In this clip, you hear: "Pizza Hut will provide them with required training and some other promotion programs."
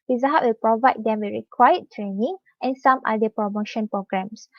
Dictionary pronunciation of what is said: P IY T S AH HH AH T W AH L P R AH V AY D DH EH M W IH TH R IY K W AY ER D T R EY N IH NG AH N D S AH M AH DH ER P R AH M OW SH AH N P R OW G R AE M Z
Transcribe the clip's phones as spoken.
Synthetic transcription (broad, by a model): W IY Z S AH HH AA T W AH L P R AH V AY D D EH M W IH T R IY K W AY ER T R EY N IH NG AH N S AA M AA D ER P R AH M OW SH AH N P R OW G R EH M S